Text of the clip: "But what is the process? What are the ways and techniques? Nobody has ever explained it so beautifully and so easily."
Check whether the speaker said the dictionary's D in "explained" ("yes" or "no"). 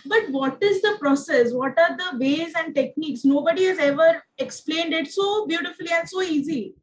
yes